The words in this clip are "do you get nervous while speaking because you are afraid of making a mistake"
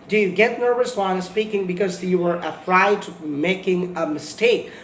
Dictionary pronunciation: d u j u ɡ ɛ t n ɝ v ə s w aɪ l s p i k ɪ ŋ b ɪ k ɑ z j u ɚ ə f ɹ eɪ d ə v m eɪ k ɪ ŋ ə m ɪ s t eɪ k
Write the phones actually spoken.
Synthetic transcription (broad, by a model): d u j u ɡ ɛ t n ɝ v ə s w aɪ n s p i k ɪ ŋ b ɪ k ɑ z j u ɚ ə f ɹ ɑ ə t m eɪ k ɪ ŋ ə m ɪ s t eɪ k